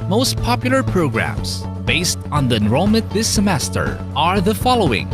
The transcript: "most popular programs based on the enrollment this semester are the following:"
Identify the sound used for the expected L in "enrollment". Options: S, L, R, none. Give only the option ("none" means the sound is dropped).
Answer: none